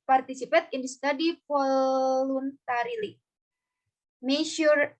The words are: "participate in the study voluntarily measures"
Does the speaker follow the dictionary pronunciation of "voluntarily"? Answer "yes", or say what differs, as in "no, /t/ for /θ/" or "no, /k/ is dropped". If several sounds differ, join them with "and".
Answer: no, /f/ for /v/